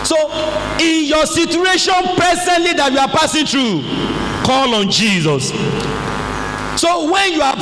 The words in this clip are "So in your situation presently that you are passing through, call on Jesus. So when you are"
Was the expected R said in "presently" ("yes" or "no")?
no